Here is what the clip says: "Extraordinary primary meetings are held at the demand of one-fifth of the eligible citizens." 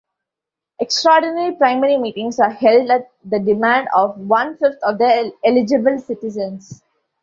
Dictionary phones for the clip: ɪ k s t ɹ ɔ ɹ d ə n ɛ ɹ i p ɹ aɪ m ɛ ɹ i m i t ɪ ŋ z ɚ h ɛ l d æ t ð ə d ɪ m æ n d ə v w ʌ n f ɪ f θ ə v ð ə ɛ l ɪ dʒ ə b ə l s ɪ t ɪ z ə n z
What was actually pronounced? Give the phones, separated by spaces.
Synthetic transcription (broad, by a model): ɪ k s t ɹ ɔ ɹ d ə n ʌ ɹ i p ɹ aɪ m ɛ ɹ i m i t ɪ ŋ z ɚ h ɛ l d æ t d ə d ɪ m æ n d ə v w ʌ n f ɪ f t ə v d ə ɛ l ɪ dʒ ə b ə l s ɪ t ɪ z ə n s